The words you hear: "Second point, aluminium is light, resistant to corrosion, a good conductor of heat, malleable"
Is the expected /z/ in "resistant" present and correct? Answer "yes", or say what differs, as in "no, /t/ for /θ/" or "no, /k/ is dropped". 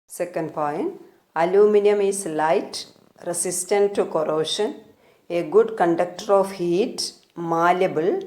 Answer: no, /s/ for /z/